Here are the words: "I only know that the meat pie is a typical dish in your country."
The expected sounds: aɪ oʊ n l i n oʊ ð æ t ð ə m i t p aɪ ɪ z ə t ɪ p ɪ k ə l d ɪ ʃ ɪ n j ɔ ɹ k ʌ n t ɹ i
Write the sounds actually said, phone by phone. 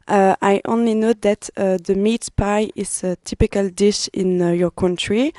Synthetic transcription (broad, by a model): aɪ oʊ n l i n oʊ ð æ t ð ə m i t p aɪ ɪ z ə t ɪ p ɪ k ə l d ɪ ʃ ɪ n j ɔ ɹ k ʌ n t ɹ i